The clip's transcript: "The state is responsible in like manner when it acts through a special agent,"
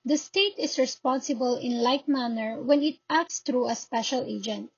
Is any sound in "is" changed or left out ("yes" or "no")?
yes